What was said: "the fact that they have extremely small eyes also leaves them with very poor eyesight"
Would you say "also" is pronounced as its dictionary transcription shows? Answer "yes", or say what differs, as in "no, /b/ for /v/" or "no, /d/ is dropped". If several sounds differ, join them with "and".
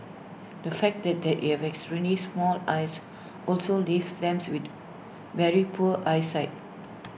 yes